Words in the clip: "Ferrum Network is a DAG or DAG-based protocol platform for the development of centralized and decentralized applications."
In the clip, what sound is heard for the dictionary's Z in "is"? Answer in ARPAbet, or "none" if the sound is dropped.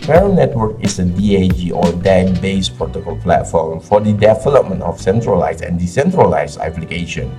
S